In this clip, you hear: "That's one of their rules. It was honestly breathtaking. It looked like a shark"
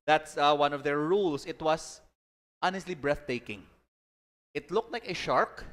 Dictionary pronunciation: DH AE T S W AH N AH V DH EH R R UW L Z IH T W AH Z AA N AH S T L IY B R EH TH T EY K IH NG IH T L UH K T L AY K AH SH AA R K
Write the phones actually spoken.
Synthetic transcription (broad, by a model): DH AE T S W AH N AH V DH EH R R UW L S IH T W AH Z AA N AH S T L IY B R EH TH T EY K IH NG IH T L UH K T L AY K AH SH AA R K